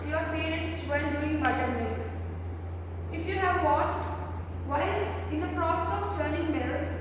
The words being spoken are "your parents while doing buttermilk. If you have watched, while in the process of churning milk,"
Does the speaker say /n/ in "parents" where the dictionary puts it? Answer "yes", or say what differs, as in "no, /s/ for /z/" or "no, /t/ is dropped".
no, /n/ is dropped